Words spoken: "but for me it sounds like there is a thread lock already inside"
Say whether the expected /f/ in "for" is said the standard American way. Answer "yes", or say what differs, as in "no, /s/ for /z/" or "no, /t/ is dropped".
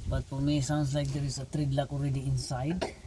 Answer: no, /p/ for /f/